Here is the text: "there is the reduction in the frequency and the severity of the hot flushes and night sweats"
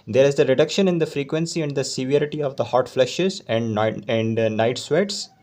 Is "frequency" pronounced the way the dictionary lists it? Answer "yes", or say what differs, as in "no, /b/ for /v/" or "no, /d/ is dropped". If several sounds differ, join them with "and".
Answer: yes